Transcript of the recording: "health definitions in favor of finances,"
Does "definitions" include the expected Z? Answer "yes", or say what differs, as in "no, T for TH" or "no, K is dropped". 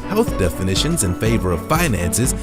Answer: yes